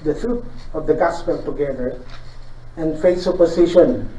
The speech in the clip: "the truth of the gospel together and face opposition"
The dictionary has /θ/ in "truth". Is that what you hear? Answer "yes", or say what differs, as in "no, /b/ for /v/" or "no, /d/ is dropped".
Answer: no, /t/ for /θ/